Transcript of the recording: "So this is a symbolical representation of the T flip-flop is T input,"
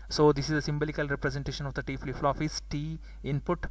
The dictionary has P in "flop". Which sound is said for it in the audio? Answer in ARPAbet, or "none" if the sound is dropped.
F